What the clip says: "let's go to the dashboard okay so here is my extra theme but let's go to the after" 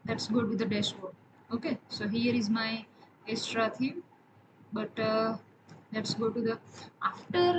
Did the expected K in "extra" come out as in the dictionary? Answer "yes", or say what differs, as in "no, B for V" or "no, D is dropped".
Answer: no, K is dropped